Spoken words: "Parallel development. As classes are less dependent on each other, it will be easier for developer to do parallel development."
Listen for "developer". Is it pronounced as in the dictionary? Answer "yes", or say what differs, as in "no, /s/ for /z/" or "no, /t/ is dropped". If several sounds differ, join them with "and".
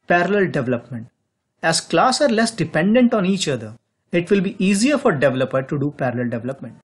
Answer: yes